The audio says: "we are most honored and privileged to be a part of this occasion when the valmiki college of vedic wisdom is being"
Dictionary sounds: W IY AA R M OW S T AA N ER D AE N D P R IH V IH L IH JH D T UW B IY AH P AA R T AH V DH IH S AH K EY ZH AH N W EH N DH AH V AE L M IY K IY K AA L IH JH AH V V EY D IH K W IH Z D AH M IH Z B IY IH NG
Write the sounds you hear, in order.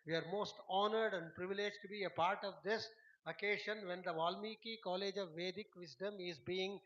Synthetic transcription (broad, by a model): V IY AA R M OW S T AA N ER D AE N D P R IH V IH L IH JH T UW B IY AH P AA R T AH V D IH S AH K EY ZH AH N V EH N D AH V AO L M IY K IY K AA L IH JH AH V V EY D IH K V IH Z D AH M IH Z B IY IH NG